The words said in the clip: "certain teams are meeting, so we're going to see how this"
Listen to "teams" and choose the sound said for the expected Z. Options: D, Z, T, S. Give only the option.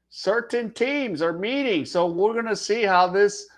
Z